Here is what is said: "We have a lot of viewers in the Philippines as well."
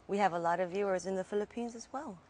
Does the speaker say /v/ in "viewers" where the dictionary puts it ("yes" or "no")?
yes